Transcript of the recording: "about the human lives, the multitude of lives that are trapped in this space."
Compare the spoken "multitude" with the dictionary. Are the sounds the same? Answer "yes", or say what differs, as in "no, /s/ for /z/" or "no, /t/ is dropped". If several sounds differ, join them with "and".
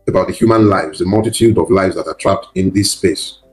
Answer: yes